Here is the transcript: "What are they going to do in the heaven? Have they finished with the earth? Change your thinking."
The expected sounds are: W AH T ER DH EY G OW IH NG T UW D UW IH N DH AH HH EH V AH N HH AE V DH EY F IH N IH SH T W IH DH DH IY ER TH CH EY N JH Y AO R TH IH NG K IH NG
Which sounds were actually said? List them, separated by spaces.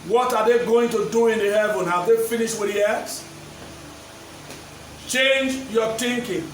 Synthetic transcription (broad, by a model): W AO T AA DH EY G OW IH NG T UW D UW IH N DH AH HH EH V AH N HH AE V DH EY F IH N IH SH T W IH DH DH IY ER S CH EY N JH Y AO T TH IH NG K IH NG